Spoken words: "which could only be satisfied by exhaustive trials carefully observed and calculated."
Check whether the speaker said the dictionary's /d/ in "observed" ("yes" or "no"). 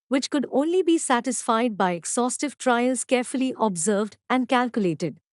yes